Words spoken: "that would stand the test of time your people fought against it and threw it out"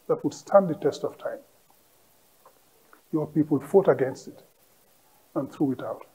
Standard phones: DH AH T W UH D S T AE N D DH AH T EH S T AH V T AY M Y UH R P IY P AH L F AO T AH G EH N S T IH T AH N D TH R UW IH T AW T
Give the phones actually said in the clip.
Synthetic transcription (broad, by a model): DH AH T W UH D S T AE N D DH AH T EH S T AH V T AY M Y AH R P IY P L F AO T AH G EH N S T IH T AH N TH R UW IH T AW T